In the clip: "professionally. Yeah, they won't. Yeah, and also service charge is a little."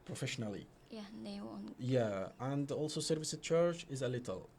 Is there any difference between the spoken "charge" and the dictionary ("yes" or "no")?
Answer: yes